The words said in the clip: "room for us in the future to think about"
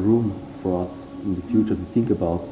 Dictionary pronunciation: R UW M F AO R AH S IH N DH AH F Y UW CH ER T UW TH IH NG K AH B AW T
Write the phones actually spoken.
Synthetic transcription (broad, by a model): R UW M F AO R AH S IH N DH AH F Y UW CH ER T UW TH IH NG K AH B AW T